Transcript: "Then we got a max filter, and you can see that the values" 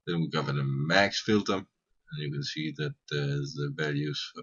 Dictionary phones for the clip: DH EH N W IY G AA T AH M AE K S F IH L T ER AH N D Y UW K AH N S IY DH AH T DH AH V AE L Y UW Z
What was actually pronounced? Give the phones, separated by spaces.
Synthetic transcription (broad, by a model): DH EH N W IY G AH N AH M AE K S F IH L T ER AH N Y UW K AH N S IY DH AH T DH AH V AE L Y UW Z